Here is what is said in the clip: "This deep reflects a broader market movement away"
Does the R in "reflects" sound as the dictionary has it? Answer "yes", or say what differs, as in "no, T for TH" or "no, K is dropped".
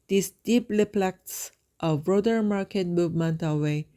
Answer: no, L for R